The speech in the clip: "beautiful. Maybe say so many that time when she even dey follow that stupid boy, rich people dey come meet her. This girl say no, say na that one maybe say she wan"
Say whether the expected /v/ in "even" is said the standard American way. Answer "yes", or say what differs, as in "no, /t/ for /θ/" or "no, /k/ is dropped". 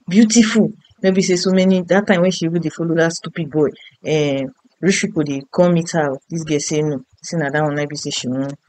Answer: no, /b/ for /v/